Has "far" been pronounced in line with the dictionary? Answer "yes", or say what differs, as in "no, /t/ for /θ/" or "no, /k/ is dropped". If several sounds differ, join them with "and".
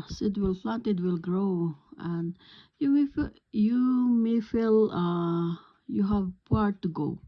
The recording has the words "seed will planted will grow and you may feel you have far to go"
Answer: no, /p/ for /f/